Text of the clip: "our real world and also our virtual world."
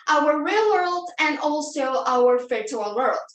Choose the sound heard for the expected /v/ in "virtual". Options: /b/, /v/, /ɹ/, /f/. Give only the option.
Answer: /f/